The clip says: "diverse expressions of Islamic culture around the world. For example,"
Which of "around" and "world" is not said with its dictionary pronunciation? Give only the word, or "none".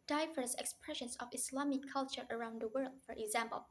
none